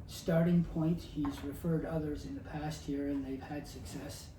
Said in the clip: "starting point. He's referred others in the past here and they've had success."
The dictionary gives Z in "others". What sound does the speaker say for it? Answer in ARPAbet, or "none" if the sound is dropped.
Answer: Z